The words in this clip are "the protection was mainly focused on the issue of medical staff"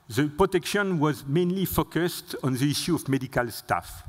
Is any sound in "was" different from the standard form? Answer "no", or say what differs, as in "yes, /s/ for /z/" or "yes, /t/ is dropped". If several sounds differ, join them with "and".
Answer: no